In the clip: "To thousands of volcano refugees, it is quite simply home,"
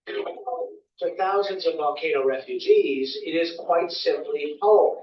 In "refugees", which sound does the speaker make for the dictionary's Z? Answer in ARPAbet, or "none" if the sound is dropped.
Z